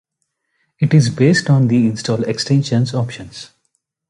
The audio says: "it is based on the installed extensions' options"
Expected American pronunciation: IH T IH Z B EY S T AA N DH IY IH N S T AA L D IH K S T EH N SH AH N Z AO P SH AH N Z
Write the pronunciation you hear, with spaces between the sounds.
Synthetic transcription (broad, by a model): IH T IH Z B EY S T AA N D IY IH N S T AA L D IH K S T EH N SH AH N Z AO P SH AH N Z